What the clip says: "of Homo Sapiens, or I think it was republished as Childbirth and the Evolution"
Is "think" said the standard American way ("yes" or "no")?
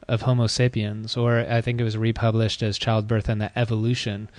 yes